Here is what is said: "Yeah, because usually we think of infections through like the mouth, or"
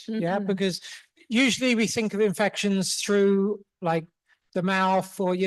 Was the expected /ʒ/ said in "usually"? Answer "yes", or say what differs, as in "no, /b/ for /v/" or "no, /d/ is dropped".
yes